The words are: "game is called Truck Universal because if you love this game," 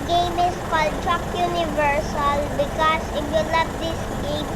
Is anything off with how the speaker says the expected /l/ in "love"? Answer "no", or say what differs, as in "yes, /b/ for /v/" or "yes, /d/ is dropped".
yes, /n/ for /l/